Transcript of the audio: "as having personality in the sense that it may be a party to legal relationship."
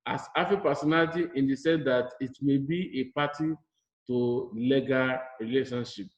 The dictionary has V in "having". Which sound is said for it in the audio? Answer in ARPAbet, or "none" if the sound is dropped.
F